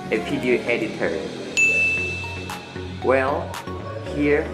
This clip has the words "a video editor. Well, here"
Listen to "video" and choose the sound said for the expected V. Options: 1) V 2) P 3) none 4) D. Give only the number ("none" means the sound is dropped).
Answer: 2